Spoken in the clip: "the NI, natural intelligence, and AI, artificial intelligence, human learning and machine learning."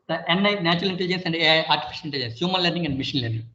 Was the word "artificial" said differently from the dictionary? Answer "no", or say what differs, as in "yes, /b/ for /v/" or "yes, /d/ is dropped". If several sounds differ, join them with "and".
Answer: yes, /n/ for /l/